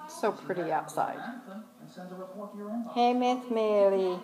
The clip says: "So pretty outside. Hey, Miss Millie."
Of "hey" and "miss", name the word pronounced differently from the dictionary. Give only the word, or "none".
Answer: miss